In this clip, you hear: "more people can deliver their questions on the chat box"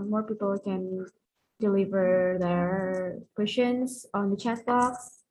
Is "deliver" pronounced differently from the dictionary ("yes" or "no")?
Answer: no